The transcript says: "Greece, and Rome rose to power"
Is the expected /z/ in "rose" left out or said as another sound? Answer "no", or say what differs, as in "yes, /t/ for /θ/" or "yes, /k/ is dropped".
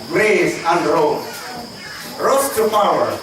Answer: yes, /s/ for /z/